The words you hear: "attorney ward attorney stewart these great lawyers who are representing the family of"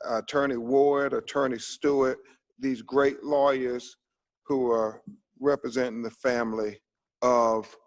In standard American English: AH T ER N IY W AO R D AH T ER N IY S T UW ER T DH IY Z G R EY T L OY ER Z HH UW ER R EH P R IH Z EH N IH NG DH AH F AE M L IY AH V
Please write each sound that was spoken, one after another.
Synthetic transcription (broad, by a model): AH T ER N IY W AO R D AH T ER N IY S T UW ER T DH IY Z G R EY T L OY ER Z HH UW ER R EH P R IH Z EH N IH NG DH AH F AE M L IY AH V